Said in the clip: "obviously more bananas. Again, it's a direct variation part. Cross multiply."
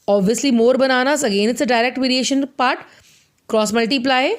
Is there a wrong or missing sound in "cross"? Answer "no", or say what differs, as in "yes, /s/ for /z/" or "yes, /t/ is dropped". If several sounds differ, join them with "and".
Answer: no